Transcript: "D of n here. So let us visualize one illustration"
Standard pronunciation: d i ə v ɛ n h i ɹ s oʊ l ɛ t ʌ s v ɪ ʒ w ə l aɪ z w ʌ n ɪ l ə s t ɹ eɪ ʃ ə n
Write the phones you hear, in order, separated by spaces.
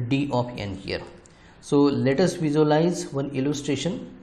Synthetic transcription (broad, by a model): d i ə p ɛ n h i ɹ s oʊ l ɛ t ʌ s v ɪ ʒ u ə l aɪ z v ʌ n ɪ l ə s t ɹ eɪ ʃ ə n